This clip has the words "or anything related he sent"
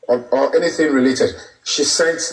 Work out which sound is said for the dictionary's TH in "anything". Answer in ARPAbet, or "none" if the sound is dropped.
TH